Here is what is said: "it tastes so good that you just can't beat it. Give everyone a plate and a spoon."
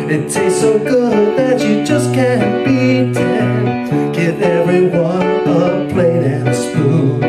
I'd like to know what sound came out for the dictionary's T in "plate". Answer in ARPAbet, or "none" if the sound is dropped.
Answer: none